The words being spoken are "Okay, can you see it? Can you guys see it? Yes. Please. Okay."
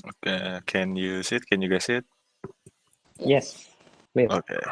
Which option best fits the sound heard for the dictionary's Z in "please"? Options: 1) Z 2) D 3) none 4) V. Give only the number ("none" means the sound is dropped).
3